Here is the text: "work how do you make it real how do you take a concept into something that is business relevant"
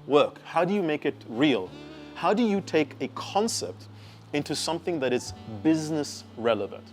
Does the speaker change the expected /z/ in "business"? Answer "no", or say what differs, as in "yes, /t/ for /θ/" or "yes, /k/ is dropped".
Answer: no